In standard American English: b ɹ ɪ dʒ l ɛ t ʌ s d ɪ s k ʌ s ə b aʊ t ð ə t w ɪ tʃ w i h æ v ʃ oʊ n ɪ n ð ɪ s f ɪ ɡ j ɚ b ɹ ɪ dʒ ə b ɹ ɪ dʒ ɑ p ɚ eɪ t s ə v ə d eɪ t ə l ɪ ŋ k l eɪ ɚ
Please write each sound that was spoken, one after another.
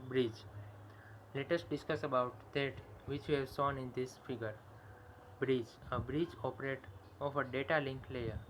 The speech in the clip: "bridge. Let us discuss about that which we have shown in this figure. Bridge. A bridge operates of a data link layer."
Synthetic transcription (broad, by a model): b ɹ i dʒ l ɛ t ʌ s d ɪ s k ʌ s ə b aʊ t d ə t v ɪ tʃ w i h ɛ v s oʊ n ɪ n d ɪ s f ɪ ɡ ɚ b ɹ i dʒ ə b ɹ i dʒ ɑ p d eɪ t ə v ə d eɪ t ə l ɪ ŋ k l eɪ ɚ